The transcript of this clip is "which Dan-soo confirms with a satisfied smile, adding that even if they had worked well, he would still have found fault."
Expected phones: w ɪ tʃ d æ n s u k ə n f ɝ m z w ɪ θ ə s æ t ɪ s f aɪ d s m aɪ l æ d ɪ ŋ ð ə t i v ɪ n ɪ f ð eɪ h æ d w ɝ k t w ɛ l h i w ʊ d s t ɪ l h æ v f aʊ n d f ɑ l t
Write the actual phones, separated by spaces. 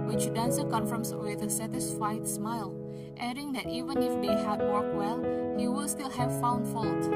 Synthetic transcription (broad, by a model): w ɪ tʃ d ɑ n s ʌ k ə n f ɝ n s w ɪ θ ə s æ t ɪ s f aɪ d s m aɪ l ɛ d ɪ ŋ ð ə t i v ɪ n ɪ f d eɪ h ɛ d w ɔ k w ɛ l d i w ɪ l s t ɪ l h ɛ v f aʊ n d f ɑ l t